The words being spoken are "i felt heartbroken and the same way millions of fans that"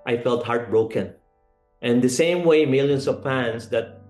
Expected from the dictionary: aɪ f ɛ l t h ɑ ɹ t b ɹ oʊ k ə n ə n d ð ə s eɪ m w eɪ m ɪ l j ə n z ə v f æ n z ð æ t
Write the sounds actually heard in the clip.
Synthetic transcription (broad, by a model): aɪ f ɛ l t h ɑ ɹ t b ɹ oʊ k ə n ə n d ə s eɪ m w eɪ m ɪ l j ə n s ə v p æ n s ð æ t